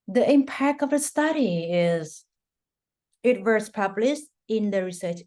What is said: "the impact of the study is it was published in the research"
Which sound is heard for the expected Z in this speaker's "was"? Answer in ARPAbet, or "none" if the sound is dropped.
S